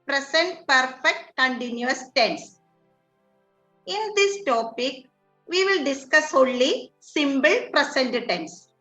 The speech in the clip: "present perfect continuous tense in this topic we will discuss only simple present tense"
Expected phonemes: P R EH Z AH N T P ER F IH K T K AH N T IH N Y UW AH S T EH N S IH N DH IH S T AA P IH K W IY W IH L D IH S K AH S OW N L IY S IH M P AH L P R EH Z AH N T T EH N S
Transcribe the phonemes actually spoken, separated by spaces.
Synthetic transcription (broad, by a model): P R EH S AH N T P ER F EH K T K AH N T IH N Y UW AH S T EH N S IH N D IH S T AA P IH K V IY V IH L D IH S K AH S OW N L IY S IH M B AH L P R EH S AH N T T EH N S